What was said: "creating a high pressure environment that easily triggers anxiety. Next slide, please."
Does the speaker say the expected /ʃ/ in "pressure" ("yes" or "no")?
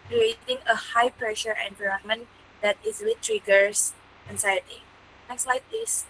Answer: yes